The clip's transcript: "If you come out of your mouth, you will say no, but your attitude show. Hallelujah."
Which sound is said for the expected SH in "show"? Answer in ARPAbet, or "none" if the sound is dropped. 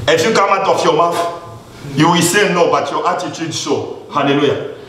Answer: S